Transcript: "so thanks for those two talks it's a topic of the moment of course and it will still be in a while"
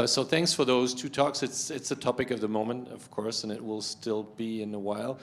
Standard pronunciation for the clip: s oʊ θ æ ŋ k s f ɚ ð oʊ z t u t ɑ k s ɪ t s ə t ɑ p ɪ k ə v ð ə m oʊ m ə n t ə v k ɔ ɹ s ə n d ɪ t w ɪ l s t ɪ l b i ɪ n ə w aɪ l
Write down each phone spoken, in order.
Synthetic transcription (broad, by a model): s oʊ θ æ ŋ k s f ɚ ð oʊ z t u t ɑ k s ɪ t s ə t ɑ p ɪ k ə v ð ə m oʊ m ə n t ə v k ɔ ɹ s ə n ɪ t w ɪ l s t ɪ l b i ɪ n ə w aɪ l